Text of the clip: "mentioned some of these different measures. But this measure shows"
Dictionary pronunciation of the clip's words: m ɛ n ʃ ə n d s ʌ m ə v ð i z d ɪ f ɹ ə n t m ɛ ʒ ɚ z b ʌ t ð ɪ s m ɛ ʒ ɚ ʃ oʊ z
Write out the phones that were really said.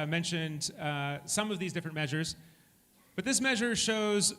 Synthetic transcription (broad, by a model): m ɛ n ʃ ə n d s ʌ m ə v ð i z d ɪ f ɹ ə n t m ɛ ʒ ɚ z b ʌ t ð ɪ s m ɛ ʒ ɚ ʃ oʊ z